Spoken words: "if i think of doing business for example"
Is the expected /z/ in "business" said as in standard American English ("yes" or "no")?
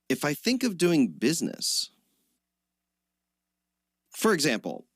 yes